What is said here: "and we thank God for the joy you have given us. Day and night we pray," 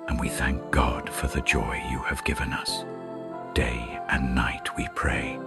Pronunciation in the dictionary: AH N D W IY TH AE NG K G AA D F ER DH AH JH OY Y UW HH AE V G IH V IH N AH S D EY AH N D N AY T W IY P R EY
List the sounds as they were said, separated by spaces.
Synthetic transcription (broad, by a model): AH N W IY TH AE NG K G AA D F ER DH AH JH OY Y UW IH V G IH V IH N AH S D EY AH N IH N AY T W IY P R EY